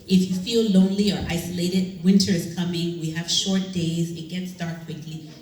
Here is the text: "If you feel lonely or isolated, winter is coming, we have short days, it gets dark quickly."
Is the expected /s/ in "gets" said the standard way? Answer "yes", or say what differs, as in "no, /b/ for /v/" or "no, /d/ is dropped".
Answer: yes